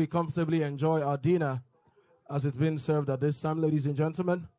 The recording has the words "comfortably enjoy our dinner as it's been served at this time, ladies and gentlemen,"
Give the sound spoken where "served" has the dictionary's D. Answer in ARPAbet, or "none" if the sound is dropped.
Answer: D